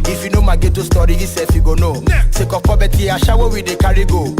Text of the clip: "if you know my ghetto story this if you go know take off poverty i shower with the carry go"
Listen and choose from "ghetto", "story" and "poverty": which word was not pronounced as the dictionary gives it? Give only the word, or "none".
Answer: poverty